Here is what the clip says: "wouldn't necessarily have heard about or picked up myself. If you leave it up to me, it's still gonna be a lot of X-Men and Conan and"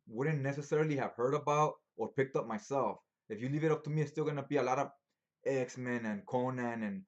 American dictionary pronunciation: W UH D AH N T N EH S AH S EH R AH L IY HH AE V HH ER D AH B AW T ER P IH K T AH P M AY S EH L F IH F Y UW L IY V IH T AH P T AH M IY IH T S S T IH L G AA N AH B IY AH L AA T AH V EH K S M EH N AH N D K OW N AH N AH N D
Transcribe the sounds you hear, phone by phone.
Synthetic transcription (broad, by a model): W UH D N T N EH S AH S EH R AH L IY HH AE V HH ER D AH B AW T ER P IH K T AH P M AY S EH L F IH F Y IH L IY V IH T AH P T AH M IY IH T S S T IH L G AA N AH B IY AH L AA T AH V EH K S M EH N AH N K OW N AH N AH N